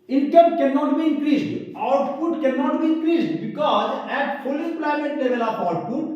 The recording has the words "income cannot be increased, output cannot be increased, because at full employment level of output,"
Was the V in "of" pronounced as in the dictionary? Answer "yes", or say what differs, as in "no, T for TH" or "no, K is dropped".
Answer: no, P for V